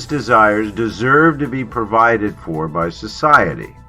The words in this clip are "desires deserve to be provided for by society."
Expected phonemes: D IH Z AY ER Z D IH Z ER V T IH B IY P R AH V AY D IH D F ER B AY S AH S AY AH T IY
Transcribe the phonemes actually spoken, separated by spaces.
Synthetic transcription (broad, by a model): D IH Z AY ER Z D IH Z ER V T IH B IY P R AH V AY D IH D F ER B AY S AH S AY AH T IY